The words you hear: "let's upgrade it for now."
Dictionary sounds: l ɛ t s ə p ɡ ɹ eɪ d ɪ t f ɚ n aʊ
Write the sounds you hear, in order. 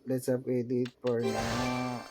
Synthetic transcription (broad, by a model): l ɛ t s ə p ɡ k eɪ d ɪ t p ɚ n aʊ